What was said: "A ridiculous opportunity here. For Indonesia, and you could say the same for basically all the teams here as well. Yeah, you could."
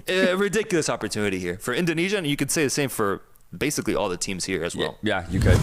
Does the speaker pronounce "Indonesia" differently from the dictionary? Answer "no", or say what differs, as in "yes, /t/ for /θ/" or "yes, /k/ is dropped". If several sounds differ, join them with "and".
no